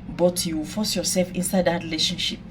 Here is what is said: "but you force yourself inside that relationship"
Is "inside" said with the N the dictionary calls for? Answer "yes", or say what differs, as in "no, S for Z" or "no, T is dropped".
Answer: yes